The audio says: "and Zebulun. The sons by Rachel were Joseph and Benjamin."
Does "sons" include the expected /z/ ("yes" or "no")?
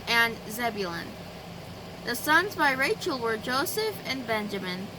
yes